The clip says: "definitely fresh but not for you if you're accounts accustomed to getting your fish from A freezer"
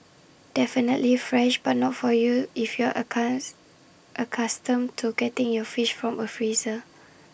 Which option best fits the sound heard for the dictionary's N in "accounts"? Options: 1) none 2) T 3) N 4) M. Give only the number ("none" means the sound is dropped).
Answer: 1